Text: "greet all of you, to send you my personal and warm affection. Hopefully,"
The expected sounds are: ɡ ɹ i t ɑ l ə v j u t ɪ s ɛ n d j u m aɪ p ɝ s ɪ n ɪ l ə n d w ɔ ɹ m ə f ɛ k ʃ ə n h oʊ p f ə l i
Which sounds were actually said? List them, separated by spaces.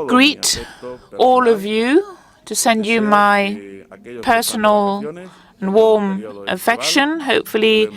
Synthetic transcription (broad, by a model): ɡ ɹ i t ɑ l ə v j u t ɪ s ɛ n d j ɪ m aɪ p ɝ s n l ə n w ɔ ɹ m ə f ɛ k ʃ ə n h oʊ p f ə l i